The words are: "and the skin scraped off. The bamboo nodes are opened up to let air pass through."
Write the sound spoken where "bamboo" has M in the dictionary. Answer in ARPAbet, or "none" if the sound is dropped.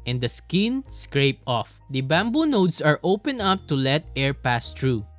M